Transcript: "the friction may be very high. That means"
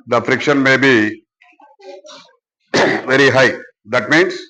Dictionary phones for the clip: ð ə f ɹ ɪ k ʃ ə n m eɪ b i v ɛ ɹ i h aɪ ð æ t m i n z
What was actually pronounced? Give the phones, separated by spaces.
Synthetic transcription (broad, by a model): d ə f ɹ ɪ k ʃ ə n m eɪ b i v ɛ ɹ i h aɪ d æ t m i n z